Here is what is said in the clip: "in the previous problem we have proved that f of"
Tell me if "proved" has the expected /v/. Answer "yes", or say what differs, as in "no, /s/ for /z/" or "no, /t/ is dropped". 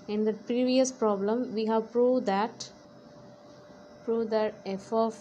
no, /p/ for /v/